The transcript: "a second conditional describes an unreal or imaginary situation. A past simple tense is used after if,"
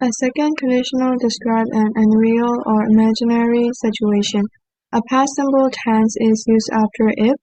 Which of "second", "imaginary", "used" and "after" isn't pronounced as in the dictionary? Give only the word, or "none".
none